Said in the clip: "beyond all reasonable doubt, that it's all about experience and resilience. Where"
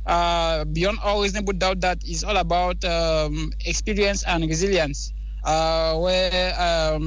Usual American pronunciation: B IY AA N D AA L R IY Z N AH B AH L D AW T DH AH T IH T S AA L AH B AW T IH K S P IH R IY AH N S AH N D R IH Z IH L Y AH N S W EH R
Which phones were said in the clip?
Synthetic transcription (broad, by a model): B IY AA N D AA L W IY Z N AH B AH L D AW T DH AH T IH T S AA L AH B AW T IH K S P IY R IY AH N S AH N D R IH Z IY L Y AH N S W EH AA